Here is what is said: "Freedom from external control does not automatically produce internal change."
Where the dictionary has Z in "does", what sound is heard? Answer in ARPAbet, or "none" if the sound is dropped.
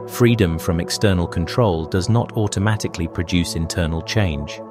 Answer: Z